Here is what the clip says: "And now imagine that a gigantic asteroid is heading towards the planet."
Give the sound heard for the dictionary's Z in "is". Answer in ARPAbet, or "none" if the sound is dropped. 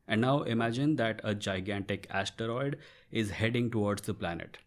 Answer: Z